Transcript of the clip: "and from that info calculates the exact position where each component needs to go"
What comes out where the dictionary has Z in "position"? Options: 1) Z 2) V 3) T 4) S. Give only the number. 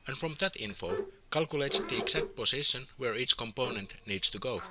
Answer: 4